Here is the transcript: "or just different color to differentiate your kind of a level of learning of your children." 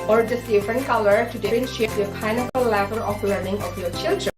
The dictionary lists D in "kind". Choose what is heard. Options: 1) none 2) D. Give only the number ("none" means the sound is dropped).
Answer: 1